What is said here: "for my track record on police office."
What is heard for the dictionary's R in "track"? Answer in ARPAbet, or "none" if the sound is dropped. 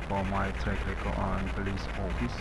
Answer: none